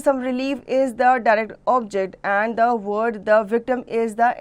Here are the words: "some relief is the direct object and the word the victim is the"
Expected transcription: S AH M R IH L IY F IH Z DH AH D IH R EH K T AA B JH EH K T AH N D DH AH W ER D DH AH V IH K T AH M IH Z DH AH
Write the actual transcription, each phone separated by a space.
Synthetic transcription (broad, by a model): S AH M R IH L IY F IH Z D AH D IH R EH K T AA B JH EH K T AH N D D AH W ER D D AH V IH K T AH M IH Z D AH